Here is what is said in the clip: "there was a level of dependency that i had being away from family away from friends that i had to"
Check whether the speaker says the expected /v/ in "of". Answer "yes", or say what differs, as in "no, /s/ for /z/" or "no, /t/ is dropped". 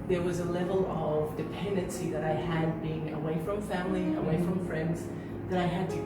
yes